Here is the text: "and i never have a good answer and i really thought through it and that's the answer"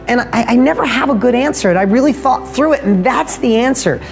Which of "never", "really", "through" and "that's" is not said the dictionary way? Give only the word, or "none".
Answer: none